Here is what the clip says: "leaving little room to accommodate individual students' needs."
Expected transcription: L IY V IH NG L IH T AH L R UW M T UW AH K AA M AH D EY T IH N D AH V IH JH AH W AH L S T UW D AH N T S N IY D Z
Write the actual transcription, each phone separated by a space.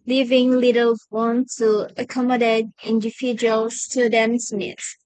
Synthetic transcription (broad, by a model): L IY V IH NG L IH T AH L W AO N T UW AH K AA M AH D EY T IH N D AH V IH JH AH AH L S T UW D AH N S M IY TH